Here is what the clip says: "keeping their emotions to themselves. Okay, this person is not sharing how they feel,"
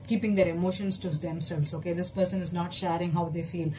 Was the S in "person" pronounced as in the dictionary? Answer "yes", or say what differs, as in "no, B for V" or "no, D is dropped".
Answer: yes